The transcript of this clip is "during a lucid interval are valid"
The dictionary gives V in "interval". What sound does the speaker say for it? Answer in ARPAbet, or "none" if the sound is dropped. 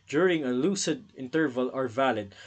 V